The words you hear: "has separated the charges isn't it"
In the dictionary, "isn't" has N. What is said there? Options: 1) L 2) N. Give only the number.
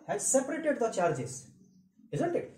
2